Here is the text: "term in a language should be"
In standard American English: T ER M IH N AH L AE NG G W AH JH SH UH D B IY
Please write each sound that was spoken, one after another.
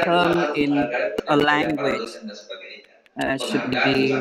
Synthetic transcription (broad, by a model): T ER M IH N AH L AE NG G W AH JH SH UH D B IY